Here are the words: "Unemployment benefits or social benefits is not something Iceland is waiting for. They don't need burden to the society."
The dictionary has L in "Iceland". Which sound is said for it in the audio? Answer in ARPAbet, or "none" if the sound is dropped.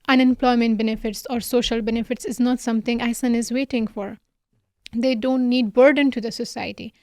none